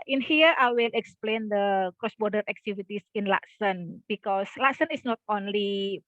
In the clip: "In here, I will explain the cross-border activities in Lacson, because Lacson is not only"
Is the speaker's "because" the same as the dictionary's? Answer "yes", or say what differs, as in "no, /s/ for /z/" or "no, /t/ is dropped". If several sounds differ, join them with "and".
no, /s/ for /z/